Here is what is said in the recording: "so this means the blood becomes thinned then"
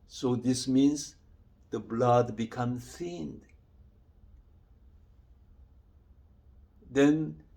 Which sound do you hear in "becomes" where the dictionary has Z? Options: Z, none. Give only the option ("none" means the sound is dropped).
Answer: none